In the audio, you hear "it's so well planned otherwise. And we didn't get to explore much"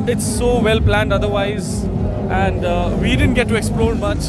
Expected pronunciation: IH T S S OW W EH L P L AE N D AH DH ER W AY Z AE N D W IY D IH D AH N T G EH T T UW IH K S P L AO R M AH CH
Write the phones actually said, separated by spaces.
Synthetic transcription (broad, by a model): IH T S S OW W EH L P L AE N D AH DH ER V AY Z AE N D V IY D IH D AH N T G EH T T UW IH K S P L AO R M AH CH